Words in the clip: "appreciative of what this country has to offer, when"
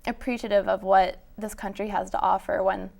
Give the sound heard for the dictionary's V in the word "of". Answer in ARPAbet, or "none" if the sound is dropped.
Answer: V